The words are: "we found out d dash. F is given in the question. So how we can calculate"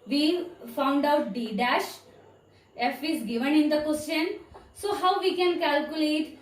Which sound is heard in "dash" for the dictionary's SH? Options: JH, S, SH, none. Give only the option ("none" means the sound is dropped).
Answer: SH